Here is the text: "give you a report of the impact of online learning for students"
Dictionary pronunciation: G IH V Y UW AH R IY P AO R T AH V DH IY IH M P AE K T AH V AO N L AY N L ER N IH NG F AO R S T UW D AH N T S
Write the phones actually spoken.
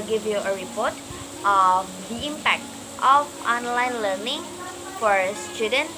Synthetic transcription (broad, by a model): G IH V Y UW AH R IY P AO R T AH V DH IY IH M P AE K T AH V AO N L AY N L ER N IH NG F AO R S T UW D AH N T